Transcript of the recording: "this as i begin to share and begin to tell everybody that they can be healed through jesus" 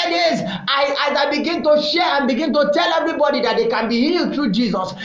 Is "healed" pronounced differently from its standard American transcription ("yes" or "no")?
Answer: no